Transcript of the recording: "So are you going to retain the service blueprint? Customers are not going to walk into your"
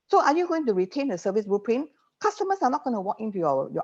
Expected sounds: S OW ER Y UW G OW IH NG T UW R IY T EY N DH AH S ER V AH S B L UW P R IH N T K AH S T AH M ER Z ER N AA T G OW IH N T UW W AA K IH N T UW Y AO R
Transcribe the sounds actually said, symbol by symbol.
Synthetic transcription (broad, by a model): S OW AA Y UW G OW IH NG T UW R IY T EY N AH S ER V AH S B UW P R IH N K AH S T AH M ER S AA N AA T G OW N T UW W AA K IH N T UW Y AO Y